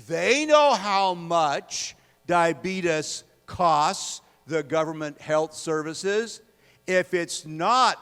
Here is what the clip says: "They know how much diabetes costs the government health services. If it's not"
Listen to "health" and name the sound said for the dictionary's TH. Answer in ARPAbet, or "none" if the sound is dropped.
TH